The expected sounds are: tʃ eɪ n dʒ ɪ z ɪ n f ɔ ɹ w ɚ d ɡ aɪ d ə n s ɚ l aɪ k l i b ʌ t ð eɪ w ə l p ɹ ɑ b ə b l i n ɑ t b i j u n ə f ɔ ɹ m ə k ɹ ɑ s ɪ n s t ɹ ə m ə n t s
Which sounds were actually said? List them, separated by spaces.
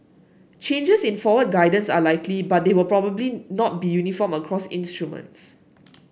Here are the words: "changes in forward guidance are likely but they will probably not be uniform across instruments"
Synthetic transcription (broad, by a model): tʃ eɪ n dʒ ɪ s ɪ n f ɔ w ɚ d ɡ aɪ d ə n s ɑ l aɪ k l i b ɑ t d eɪ w ə l p ɹ ɑ b ə b l i n ɑ t b i j u n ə f ɔ m ə k ɹ ɑ s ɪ n s t ɹ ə m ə n t s